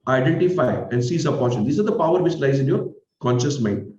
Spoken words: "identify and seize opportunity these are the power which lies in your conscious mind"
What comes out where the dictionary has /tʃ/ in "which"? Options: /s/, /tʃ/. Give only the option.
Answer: /s/